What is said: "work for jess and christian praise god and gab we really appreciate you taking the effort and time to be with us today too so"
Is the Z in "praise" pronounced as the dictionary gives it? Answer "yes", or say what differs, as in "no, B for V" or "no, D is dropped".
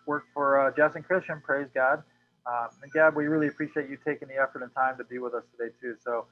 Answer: yes